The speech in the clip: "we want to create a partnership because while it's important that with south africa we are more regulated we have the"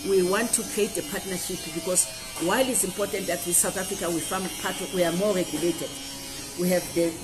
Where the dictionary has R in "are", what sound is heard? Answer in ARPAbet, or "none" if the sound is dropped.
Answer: W